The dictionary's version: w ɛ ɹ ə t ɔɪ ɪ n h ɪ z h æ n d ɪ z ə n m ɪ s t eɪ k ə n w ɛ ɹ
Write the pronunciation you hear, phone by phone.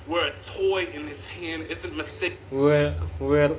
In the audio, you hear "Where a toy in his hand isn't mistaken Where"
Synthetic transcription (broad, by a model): w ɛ ɹ ə t ɔɪ ɪ n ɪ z h æ n d ɪ z ə n m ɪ s t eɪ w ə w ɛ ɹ